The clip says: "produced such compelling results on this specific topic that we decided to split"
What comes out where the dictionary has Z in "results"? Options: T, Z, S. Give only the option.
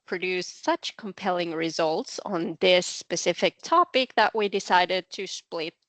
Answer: Z